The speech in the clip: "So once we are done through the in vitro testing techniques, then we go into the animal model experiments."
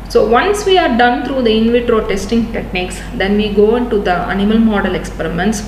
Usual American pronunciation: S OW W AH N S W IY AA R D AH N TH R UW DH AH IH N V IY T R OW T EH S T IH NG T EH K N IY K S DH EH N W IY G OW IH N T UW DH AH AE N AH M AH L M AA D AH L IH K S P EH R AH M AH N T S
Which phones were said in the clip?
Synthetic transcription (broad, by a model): S OW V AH N S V IY AA R D AH N T R UW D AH IH N V IY T R OW T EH S T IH NG T EH K N IY K S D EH N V IY G OW IH N T UW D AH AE N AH M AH L M AA D AH L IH K S P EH R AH M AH N T S